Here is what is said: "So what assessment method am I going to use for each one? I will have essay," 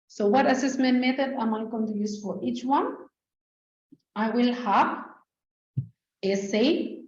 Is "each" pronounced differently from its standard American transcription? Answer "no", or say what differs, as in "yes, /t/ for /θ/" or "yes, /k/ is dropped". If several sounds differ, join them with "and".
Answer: no